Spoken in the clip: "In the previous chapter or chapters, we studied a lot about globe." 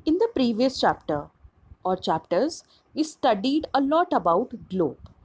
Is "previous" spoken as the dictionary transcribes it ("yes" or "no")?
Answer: yes